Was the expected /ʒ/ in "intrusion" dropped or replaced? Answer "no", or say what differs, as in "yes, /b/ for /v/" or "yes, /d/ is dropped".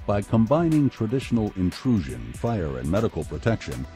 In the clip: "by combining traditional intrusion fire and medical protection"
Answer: no